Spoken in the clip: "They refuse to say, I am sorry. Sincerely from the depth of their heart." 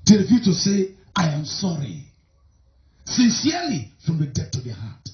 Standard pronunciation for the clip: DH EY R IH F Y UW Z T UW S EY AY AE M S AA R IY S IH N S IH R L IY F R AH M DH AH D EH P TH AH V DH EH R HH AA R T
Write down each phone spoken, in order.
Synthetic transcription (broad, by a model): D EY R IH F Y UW T UW S EY AY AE M S AA R IY S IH N S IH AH L IY F R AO M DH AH D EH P T AH V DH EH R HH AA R T